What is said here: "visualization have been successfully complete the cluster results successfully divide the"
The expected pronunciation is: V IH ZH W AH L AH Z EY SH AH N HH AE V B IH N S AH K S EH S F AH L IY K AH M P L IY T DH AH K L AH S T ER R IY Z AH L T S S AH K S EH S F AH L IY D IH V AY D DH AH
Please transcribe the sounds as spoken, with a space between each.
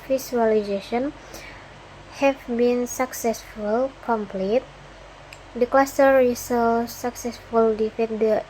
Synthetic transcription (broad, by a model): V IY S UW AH L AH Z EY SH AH N HH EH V B IH N S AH K S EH S F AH L K AH M P L IY T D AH K L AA S T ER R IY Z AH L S S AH K S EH S F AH L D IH F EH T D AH